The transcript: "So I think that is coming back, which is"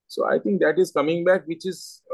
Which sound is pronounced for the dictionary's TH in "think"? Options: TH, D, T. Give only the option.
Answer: T